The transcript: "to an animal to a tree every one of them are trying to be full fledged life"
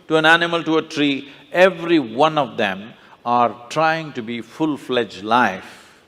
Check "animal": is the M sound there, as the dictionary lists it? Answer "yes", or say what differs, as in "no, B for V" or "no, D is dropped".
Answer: yes